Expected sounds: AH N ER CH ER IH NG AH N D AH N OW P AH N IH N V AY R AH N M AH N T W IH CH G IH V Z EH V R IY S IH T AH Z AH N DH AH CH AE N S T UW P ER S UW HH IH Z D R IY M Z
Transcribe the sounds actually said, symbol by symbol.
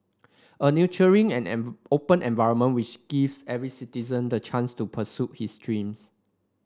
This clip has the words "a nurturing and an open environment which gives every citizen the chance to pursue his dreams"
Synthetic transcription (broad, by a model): AH N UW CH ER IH NG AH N N OW P AH N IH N V AY R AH N M AH N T W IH CH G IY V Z EH V R IY S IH T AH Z AH N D AH CH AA N S T UW P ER S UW HH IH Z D R IY M S